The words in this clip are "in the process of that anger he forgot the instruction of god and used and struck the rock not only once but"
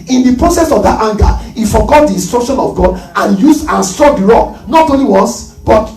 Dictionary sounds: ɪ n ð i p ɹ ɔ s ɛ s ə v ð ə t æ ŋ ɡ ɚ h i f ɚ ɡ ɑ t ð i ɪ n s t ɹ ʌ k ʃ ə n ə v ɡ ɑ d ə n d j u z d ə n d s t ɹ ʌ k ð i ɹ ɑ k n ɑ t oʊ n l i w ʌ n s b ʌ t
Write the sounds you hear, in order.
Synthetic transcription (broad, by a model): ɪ n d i p ɹ ɔ s ɛ s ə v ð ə t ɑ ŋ ɡ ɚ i f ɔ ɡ ɑ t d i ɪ n s t ɹ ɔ k ʃ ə n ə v ɡ ɑ d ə n j u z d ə n s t ɔ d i ɹ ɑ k n ɑ t oʊ n l i w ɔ n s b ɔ t